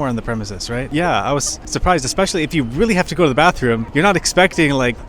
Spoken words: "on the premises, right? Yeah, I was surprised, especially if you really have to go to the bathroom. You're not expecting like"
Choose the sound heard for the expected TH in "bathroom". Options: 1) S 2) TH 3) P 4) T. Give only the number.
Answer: 2